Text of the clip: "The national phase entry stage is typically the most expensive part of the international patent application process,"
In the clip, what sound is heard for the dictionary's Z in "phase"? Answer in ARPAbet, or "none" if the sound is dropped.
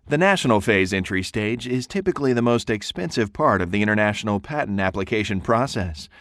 Z